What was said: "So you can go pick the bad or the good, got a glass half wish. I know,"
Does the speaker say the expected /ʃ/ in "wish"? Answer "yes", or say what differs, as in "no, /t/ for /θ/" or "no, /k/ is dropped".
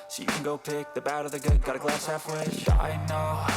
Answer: no, /ʃ/ is dropped